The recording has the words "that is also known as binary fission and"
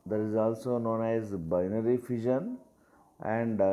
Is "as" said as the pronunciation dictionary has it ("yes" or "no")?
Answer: yes